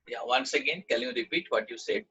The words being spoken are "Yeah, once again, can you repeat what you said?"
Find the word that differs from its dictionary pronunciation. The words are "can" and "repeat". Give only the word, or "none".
can